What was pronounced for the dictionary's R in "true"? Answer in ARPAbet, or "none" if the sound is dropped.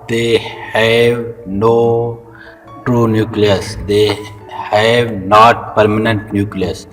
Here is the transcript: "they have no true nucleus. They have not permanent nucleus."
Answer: R